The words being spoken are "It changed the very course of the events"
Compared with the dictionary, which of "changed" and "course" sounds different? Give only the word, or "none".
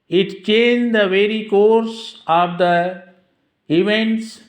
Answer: none